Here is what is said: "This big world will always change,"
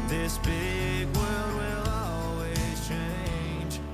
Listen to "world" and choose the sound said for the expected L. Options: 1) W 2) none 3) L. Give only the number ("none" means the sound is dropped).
3